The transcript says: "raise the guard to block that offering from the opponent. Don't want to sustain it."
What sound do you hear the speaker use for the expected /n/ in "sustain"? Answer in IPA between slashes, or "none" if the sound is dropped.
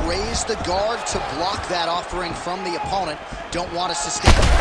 none